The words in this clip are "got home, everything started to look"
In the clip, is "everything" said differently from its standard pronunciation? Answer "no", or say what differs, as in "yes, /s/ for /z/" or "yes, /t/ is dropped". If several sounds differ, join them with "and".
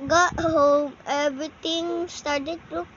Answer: yes, /t/ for /θ/